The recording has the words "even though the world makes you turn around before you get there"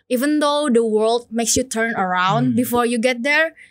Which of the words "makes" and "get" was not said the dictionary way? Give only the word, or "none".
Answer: none